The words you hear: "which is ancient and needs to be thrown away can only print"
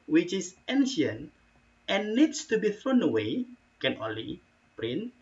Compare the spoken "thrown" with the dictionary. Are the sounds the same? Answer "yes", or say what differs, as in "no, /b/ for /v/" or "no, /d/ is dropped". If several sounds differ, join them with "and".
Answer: yes